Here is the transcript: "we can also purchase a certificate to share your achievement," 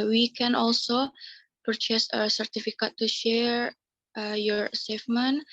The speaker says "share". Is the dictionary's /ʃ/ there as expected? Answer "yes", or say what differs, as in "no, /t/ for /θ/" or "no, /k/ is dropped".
yes